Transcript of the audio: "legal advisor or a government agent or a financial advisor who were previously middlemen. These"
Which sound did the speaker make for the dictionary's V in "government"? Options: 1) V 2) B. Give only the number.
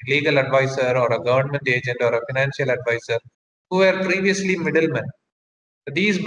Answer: 1